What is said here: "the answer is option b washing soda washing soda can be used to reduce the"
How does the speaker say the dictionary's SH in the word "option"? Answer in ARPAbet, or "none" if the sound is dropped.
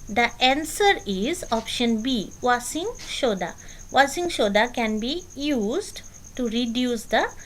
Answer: SH